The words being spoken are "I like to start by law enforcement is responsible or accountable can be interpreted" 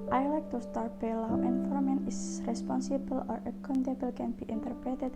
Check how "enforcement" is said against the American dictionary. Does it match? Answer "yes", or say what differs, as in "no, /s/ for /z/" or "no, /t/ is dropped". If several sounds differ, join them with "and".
no, /s/ is dropped and /t/ is dropped